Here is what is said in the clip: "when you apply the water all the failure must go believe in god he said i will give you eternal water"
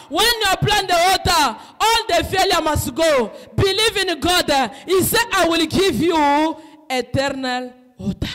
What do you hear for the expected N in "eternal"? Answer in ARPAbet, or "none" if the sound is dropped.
N